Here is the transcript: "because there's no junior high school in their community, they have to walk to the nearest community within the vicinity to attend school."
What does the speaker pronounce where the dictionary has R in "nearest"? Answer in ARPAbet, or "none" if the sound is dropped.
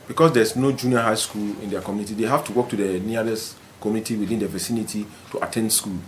L